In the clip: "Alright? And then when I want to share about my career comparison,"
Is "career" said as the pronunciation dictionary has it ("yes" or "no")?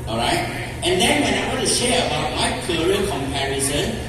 no